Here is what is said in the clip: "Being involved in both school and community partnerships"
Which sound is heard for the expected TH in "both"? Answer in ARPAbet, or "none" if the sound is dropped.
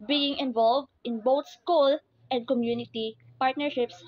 T